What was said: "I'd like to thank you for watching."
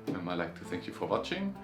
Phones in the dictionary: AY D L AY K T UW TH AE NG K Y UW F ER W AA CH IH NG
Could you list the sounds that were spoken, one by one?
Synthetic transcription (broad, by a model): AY L AY K T UW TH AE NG K Y UW F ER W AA CH IH NG